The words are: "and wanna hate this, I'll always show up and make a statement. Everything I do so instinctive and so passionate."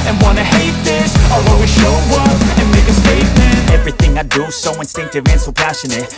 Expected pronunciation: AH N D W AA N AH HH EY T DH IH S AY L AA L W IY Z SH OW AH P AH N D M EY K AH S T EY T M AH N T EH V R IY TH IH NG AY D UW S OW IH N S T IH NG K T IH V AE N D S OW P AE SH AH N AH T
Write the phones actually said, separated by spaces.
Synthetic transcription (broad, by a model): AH N W AA N AH HH EY T DH IH S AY W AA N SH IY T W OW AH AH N M EY K AH S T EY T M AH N EH V R IY TH IH NG AY D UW S OW IH N S T IH NG K T IH V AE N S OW P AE SH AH N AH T